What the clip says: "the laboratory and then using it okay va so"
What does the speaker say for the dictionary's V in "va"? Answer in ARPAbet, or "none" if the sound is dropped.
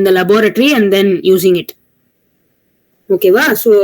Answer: V